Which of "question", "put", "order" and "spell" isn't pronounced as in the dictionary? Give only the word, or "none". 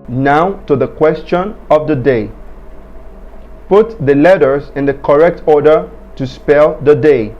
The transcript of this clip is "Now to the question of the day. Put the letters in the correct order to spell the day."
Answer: none